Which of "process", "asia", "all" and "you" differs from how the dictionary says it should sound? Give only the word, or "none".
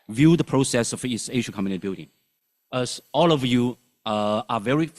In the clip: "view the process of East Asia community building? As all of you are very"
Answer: asia